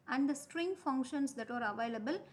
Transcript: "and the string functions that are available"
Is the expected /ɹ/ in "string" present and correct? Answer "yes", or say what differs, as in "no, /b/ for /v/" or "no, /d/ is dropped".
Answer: yes